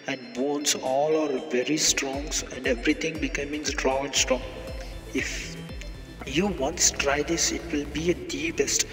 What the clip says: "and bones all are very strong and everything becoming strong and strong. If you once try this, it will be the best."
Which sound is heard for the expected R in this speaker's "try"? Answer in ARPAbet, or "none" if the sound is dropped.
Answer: R